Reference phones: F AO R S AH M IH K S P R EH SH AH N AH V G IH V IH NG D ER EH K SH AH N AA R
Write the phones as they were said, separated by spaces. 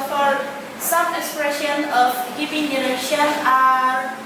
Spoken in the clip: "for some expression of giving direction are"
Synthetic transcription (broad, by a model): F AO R S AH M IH K S P R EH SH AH N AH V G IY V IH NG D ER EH SH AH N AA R